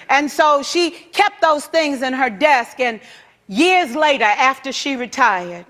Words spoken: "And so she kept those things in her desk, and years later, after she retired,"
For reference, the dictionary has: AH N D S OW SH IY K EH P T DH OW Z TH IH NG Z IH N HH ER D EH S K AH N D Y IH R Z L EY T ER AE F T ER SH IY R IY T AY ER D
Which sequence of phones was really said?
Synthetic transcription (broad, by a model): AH N S OW SH IY K EH P T DH OW Z TH IH NG Z IH N ER D EH S K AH N Y IH R Z L EY T ER AE F T ER SH IY R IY T AY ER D